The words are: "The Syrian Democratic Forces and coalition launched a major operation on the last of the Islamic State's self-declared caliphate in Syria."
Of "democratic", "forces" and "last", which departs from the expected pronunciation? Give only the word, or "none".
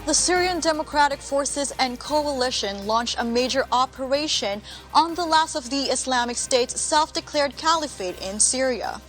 none